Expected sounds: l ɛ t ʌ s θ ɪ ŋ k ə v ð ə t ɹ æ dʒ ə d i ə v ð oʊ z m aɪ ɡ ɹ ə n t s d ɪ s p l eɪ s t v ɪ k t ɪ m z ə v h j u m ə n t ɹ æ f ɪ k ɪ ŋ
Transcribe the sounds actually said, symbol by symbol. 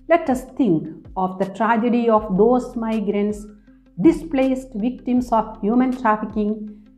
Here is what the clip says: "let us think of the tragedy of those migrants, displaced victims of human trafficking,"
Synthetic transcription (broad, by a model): l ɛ t ʌ s t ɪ ŋ k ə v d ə t ɹ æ dʒ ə d i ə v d oʊ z m aɪ ɡ ɹ ə n t s d ɪ s p l eɪ s t v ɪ k t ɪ m s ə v h j u m ə n t ɹ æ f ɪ k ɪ ŋ